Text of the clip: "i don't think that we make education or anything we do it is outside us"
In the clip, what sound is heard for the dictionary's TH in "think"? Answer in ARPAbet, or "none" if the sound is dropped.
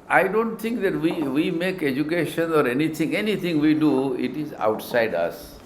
T